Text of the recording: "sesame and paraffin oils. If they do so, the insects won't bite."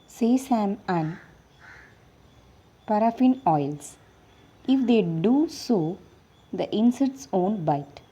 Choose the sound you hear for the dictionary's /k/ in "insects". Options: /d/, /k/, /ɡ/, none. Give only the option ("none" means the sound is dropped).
none